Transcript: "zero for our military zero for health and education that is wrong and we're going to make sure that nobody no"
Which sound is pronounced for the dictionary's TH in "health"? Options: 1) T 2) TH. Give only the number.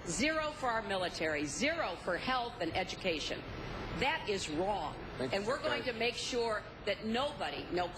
2